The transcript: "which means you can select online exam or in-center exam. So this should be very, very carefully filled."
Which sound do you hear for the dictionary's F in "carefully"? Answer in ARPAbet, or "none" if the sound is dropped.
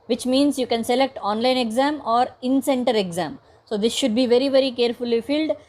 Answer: F